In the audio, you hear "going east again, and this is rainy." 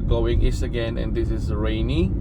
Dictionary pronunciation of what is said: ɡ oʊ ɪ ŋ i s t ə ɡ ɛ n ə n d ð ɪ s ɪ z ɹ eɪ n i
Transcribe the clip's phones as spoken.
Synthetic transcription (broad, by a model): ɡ oʊ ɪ ŋ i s ə ɡ ɛ n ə n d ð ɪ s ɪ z ɹ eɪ n i